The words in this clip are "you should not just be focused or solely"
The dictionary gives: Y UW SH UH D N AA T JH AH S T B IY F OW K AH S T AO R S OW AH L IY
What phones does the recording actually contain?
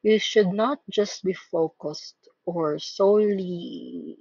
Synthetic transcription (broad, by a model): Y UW SH UH D N AA T JH AH S T B IY F OW K AH S T AO R S OW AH L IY